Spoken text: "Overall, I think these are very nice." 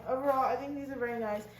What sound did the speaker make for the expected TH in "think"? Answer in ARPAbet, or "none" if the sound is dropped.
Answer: TH